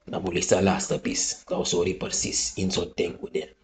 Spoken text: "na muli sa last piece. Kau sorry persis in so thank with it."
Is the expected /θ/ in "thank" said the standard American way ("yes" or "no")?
no